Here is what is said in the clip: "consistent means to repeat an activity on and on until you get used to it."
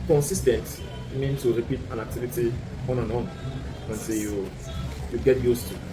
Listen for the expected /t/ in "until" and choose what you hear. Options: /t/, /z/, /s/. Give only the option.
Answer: /s/